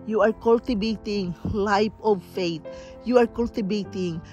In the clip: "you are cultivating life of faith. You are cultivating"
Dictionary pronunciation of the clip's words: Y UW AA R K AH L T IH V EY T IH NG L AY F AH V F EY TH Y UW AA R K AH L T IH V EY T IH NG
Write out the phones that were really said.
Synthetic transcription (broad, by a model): Y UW AA R K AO L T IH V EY T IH NG L AY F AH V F EY T Y UW AA R K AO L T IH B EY T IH NG